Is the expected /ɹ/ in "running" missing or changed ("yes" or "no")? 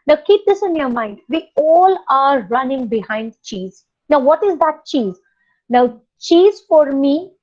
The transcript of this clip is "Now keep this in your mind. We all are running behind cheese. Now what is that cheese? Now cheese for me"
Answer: no